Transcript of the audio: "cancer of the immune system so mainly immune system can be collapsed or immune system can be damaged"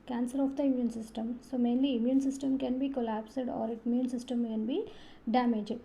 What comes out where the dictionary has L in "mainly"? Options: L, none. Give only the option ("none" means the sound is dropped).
L